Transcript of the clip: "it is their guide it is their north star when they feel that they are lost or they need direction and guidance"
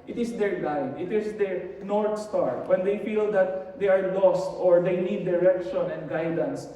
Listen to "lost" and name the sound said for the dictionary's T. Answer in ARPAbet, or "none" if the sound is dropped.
T